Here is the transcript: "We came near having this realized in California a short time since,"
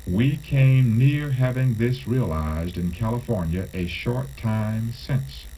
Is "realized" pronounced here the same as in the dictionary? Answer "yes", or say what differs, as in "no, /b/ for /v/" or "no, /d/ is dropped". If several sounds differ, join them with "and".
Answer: yes